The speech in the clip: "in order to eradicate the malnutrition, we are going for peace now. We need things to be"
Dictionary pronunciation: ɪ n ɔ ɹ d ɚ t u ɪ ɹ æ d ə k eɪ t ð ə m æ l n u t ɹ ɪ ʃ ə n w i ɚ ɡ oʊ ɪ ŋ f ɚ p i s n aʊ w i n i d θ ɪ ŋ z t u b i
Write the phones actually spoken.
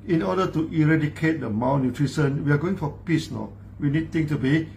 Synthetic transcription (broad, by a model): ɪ n ɔ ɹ d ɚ t u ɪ ɹ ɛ d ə k eɪ t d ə m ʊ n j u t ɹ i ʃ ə n w i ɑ ɡ oʊ ɪ ŋ f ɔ p i s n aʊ w i n i d t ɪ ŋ t u b i